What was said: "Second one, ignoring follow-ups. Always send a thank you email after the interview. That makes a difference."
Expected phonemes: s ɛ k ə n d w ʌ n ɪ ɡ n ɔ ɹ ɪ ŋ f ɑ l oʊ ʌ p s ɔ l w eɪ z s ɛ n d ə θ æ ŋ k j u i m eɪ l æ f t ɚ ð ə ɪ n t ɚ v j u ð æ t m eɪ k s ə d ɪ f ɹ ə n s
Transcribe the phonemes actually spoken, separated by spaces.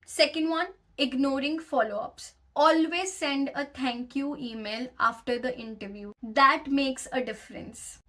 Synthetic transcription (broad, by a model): s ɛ k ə n d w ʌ n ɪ ɡ n ɔ ɹ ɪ ŋ f ɑ l oʊ ʌ p s ɔ l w eɪ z s ɛ n d ə t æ ŋ k j u i m eɪ l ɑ f t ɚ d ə ɪ n t ɚ v j u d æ t m eɪ k s ə d ɪ f ɹ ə n s